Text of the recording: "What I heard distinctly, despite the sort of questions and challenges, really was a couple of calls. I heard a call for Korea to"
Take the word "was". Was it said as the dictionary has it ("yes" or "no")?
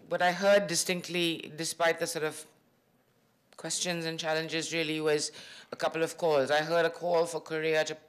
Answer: yes